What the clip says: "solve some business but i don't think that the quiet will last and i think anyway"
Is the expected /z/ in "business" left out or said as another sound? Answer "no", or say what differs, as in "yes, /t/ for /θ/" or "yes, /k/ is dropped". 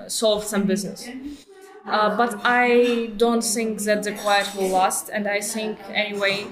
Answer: no